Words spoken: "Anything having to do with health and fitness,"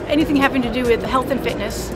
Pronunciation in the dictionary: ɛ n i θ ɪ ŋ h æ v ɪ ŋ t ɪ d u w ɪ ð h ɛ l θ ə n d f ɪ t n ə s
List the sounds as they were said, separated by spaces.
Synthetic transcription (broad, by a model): ɛ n i θ ɪ ŋ h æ p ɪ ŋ t ɪ d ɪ w ɪ ð h ɛ l θ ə n f ɪ t n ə s